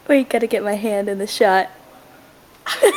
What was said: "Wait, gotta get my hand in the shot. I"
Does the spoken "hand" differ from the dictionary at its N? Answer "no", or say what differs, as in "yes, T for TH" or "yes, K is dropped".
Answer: no